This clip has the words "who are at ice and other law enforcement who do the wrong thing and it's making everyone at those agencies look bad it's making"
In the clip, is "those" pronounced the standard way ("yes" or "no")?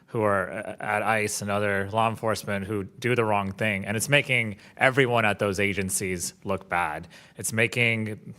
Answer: yes